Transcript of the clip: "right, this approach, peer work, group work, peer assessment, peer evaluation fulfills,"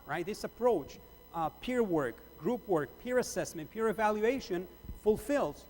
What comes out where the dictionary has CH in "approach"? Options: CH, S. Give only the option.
CH